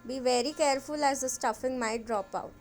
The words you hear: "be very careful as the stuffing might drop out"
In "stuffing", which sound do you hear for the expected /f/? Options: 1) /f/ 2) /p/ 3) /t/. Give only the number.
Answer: 1